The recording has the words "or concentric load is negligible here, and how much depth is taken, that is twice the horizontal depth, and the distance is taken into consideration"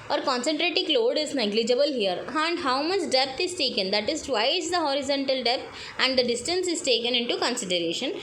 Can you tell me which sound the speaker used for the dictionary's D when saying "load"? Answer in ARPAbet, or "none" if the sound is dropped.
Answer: D